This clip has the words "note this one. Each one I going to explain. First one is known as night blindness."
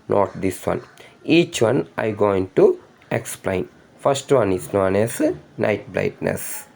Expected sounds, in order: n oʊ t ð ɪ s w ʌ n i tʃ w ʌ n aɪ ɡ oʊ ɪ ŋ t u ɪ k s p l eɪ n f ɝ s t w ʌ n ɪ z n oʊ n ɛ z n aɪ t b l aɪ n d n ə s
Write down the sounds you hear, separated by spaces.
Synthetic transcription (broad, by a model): n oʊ t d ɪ s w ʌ n i tʃ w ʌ n aɪ ɡ oʊ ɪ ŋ t u ɪ k s p l eɪ n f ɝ s t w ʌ n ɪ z n oʊ n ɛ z n aɪ t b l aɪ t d n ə s